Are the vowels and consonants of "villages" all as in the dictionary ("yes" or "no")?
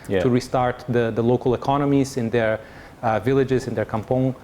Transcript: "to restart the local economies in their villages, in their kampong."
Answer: yes